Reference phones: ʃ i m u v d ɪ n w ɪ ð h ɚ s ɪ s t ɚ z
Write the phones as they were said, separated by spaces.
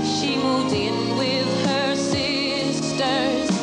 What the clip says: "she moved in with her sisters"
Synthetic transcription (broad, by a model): ʃ i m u d ɪ n w ɪ ð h ɚ s ɪ s t ɚ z